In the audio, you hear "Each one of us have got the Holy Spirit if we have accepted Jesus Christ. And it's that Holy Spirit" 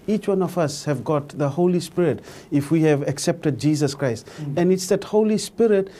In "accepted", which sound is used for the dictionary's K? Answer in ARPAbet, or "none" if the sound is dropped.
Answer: K